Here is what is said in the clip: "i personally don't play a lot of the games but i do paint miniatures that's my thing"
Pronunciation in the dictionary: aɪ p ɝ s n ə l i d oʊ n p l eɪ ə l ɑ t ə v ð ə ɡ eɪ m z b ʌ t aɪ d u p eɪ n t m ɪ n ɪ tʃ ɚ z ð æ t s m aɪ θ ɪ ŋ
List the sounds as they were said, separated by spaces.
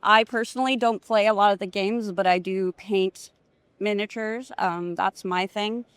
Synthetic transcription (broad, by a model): aɪ p ɝ s n l i d oʊ n p l eɪ ə l ɑ t ə v ð ə ɡ eɪ m z b ʌ t aɪ d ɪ p eɪ n t m ɪ n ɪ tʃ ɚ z ð æ t s m aɪ θ ɪ ŋ